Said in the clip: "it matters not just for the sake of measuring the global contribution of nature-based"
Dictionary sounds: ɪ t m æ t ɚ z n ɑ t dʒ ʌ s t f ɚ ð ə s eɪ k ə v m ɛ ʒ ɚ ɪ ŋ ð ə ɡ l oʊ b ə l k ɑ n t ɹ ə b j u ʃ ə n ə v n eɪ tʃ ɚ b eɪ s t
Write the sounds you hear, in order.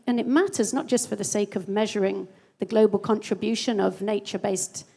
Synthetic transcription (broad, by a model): ɪ t m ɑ t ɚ z n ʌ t dʒ ʌ s t f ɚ ð ə s eɪ k ə v m ɛ ʒ ɚ ɪ ŋ ð ə ɡ l oʊ b ə l k ɑ n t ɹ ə b j u ʃ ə n ə v n eɪ tʃ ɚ b eɪ s t